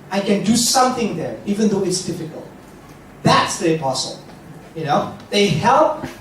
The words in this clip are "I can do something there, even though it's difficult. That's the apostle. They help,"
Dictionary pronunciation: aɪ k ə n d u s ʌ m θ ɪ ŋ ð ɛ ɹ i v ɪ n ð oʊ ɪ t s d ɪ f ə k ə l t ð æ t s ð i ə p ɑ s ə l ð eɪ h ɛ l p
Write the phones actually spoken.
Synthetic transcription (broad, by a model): aɪ k ə n d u s ʌ m θ ɪ ŋ ð ɛ ɹ i v ɪ n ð oʊ ɪ t s d ɪ f ə k ə l t ð æ t s ð i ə p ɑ s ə n ð eɪ h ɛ l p